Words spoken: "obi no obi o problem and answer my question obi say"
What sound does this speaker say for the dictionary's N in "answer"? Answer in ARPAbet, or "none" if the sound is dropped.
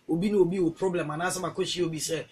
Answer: none